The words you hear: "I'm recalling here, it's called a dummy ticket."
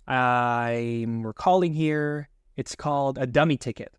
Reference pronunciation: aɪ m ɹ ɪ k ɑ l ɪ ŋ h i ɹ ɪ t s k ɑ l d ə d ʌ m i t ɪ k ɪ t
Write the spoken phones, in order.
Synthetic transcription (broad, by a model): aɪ m w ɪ k ɑ l ɪ ŋ h i ɹ ɪ t s k ɑ l d ə d ʌ m i t ɪ k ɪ t